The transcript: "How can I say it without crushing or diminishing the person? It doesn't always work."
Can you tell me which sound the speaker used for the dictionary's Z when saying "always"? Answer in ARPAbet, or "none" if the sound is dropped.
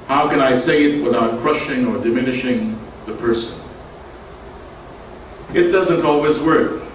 Z